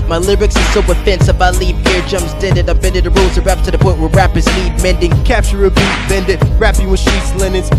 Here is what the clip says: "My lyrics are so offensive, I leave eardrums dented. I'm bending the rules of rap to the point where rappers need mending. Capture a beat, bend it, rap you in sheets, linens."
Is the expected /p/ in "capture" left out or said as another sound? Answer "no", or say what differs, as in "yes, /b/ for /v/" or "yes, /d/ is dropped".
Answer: no